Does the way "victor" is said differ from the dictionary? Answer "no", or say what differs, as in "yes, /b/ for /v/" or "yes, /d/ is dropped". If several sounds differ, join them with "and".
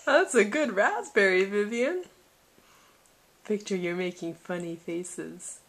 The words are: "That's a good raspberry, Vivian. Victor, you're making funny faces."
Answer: yes, /p/ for /v/